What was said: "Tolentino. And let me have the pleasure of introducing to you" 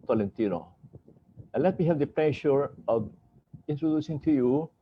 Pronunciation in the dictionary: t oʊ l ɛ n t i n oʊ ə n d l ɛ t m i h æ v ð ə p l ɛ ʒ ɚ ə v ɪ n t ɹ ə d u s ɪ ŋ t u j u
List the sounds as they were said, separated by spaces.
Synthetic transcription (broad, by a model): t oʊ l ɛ n t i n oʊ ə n l ɛ t m i h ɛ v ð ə p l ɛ ʃ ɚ ə v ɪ n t ɹ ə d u s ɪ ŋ t u j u